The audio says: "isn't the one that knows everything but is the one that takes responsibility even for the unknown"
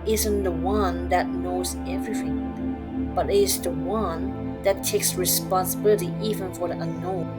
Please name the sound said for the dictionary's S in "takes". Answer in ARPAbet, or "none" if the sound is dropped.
S